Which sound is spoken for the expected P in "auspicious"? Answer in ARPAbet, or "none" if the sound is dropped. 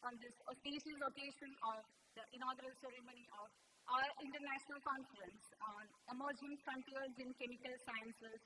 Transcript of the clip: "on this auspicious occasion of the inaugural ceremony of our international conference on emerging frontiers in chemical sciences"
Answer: none